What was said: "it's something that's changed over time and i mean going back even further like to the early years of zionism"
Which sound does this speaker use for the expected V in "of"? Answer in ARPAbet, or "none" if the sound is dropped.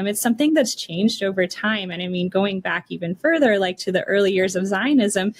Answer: V